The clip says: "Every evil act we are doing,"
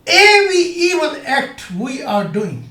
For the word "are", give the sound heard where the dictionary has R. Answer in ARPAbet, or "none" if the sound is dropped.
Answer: R